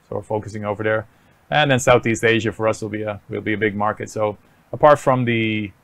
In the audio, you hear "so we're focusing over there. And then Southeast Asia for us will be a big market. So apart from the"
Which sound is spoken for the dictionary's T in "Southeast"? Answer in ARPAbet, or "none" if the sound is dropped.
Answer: T